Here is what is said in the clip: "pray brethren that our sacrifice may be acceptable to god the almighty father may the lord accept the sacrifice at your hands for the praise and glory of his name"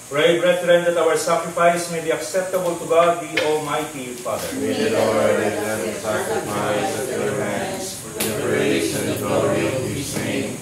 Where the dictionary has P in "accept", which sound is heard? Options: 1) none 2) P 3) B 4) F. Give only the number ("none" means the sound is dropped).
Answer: 1